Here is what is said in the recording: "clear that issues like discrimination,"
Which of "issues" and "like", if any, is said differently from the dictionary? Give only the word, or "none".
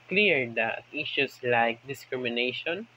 issues